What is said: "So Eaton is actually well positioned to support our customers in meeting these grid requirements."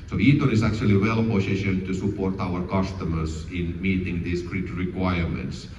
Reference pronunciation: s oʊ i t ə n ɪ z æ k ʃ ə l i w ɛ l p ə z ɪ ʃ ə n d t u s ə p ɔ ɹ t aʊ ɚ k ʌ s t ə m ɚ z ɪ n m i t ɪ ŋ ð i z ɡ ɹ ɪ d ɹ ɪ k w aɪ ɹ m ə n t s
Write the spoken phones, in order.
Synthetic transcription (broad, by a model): s oʊ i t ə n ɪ s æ k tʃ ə l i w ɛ l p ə s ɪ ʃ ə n t u s ə p ɔ ɹ t aʊ ɚ k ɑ s t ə m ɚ s ɪ n m i t ɪ ŋ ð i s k ɹ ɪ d ɹ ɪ k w aɪ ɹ m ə n t s